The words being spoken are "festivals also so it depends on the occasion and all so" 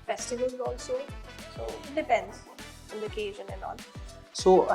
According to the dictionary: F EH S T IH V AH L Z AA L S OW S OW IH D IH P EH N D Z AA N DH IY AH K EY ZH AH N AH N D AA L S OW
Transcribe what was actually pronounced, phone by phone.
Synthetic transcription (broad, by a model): F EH S T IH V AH L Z AA L S OW S OW IH D IH P EH N D Z AA N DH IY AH K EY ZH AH N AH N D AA N S OW